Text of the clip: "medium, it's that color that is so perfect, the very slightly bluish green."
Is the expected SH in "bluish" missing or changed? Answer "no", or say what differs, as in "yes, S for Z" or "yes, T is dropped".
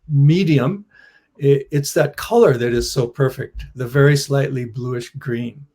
no